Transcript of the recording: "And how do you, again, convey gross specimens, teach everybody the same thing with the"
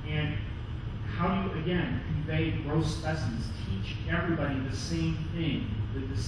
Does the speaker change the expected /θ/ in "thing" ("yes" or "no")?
no